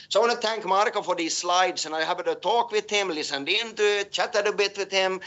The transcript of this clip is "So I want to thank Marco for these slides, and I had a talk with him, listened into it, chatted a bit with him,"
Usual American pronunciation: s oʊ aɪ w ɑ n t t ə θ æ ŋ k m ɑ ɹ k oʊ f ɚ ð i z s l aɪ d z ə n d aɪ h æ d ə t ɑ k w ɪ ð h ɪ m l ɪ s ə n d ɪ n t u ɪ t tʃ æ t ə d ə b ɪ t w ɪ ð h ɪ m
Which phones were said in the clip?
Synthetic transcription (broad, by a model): s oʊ aɪ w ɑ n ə θ æ ŋ k m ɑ ɹ k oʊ f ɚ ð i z s l aɪ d s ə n aɪ h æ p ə t ɑ k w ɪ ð h ɪ m l ɪ s ə n d ɪ n t u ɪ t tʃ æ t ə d ə b ɪ t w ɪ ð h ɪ m